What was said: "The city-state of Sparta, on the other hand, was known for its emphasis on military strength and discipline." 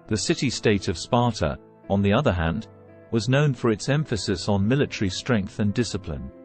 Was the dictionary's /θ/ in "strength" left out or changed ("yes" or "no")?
no